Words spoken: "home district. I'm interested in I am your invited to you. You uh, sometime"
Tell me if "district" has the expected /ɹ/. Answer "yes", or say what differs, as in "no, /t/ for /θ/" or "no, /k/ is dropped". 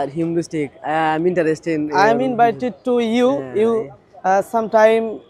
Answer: no, /ɹ/ is dropped